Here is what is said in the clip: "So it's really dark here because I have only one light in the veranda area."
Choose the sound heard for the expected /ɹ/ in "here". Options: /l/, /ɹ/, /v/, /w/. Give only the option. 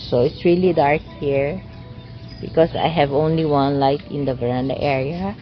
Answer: /ɹ/